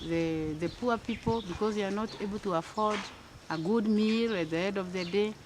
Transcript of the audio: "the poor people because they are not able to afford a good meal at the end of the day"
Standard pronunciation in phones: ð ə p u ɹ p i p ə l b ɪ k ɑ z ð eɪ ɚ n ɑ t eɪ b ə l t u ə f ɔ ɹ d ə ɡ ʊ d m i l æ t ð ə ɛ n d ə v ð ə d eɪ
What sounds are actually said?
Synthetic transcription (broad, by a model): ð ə p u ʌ p i p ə l b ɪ k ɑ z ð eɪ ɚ n ɑ t eɪ b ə l t u ə f ɔ ɹ d ə ɡ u d m i l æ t ð ə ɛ d ə v ð ə d eɪ